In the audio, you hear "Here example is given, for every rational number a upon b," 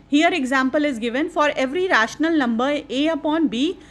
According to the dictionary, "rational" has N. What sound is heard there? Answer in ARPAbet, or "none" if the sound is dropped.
N